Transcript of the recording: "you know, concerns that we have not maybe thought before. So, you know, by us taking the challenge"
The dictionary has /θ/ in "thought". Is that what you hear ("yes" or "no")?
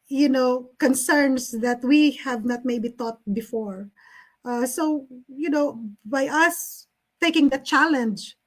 no